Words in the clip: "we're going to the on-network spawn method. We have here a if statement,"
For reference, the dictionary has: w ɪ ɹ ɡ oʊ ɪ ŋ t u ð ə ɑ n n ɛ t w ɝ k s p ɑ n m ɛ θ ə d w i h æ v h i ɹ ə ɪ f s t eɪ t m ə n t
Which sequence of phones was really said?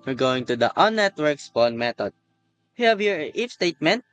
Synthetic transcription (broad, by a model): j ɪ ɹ ɡ oʊ ɪ ŋ t u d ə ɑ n n ɛ t w ɝ k s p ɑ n m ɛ t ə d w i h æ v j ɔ ɹ ə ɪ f s t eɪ t m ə n t